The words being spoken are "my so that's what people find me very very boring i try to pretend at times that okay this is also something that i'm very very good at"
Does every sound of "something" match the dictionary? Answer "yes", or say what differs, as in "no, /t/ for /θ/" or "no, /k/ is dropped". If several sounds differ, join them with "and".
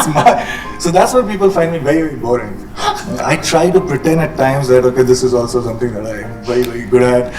no, /t/ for /θ/